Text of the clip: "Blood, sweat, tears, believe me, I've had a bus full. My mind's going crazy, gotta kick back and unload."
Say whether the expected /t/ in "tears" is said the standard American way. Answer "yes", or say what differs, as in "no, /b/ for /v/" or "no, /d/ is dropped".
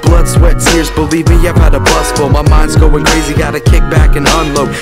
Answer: no, /s/ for /t/